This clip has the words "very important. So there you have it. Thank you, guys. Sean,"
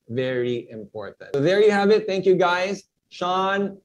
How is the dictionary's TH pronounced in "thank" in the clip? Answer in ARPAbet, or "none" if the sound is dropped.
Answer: TH